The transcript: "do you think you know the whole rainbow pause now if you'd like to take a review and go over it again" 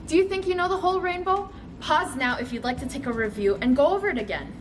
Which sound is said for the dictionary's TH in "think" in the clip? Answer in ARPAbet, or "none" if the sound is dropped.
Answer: TH